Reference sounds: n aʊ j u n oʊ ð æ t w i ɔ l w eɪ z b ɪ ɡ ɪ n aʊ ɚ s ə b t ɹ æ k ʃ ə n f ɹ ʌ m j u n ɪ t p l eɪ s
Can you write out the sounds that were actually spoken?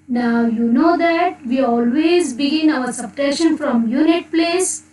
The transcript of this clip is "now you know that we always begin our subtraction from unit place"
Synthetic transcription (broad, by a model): n aʊ j u n oʊ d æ t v i ɔ l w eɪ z b ɪ ɡ ɪ n aʊ ɚ s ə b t ɛ ʃ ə n f ɹ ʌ m j u n ɪ t p l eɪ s